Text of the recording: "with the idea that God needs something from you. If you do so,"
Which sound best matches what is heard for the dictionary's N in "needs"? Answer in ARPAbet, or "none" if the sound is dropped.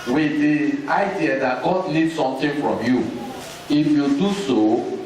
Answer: L